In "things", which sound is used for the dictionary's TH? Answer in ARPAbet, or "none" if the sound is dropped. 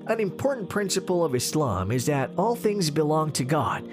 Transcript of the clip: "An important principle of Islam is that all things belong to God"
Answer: TH